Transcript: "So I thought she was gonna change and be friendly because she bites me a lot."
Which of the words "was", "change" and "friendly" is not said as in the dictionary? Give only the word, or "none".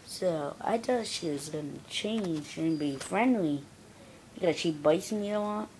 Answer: change